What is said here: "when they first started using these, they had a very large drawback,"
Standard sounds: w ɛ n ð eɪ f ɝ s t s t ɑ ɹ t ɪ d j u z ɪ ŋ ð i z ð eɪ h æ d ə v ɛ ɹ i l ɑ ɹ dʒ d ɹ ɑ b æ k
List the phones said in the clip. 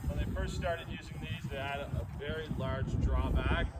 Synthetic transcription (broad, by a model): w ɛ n ð eɪ f ɝ s t s t ɑ ɹ t ɪ d j u z ɪ ŋ ð i z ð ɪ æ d ə v ɛ ɹ i l ɑ ɹ dʒ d ɹ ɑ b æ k